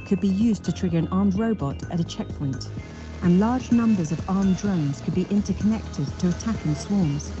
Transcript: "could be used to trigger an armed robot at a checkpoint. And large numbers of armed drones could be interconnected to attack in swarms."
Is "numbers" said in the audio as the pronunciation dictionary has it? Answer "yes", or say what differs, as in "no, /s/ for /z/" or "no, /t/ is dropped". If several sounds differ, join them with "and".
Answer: yes